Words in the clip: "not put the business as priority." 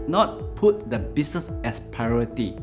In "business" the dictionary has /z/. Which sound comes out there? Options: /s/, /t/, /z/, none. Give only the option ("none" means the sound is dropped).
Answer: /s/